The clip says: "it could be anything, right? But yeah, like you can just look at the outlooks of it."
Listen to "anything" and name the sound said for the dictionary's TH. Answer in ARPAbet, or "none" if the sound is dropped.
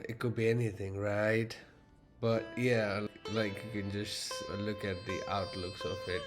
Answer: TH